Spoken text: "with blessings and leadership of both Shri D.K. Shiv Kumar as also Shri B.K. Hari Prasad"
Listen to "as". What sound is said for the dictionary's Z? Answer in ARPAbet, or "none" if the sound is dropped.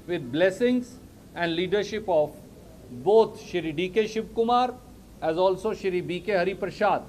Z